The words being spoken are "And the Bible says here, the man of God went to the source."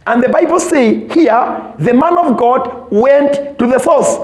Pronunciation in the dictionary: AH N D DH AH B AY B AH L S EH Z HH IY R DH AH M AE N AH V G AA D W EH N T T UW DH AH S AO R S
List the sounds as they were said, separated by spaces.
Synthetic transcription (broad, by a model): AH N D DH AH B AY B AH L S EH HH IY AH DH AH M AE N AH V G AA D W EH N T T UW DH AH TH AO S